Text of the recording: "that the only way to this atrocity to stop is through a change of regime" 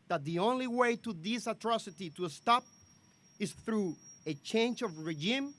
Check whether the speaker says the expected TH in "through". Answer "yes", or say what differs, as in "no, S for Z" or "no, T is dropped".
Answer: yes